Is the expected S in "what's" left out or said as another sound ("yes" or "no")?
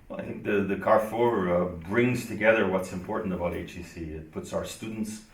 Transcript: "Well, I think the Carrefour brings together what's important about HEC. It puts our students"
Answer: no